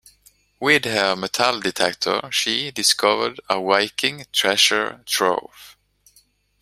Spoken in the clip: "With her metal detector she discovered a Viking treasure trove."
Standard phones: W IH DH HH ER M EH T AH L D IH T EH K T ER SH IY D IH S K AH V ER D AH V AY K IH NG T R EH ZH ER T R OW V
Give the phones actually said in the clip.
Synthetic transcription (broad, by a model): W IH DH HH ER M EH T AH L D IH T EH K T ER SH IY D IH S K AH V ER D AH W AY K IH NG T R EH SH ER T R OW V